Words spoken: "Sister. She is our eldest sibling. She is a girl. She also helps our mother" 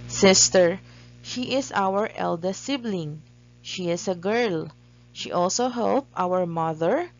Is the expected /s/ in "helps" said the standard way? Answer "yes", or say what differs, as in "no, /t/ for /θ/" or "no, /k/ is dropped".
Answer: no, /s/ is dropped